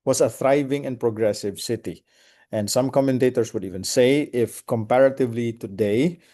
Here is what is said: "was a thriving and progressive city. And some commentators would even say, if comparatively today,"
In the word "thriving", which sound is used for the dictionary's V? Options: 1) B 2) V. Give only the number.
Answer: 2